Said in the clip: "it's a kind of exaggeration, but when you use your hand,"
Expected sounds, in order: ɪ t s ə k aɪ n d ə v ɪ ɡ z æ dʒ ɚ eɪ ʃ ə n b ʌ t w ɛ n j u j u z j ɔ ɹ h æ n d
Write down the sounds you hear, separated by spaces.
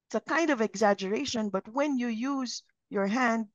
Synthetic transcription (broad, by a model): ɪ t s ə k aɪ n d ə v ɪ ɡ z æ dʒ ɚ eɪ ʃ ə n b ʌ t w ɛ n j u j u z j ɔ ɹ h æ n d